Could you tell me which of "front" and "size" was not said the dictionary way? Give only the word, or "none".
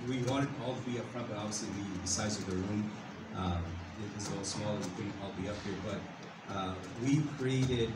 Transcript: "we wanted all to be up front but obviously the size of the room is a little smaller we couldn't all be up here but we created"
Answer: front